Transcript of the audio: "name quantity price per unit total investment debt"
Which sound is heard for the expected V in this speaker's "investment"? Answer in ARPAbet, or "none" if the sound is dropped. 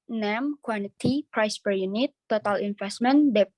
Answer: F